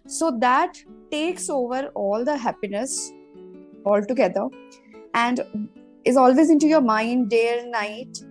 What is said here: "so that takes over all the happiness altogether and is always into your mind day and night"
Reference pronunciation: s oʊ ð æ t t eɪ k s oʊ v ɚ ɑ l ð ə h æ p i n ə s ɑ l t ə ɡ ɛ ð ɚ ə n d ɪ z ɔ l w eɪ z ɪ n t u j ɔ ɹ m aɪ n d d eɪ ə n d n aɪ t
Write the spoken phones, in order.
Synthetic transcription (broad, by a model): s oʊ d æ t t eɪ k s oʊ v ɚ ɑ l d ə h æ p i n ə s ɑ l t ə ɡ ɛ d ɚ ə n d ɪ z ɔ l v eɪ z ɪ n t u j ɔ ɹ m aɪ n d d eɪ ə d n aɪ t